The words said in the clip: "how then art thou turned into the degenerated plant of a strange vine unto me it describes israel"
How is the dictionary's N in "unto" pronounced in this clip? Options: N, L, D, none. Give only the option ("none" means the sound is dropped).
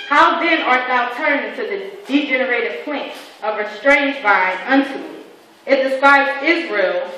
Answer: N